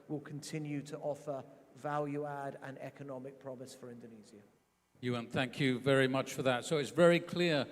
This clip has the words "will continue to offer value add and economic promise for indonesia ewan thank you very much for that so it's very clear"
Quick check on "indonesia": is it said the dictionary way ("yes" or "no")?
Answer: no